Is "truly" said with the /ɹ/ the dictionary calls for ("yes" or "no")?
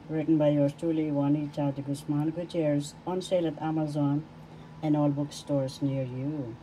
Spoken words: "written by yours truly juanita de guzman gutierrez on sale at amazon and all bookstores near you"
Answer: no